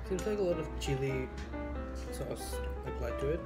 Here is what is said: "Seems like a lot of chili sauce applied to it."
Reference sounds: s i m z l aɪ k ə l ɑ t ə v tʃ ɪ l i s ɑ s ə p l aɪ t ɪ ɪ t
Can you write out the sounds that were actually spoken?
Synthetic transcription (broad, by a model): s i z l aɪ k ə l ɑ t ə v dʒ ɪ l i s ɑ s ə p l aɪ t ɪ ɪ t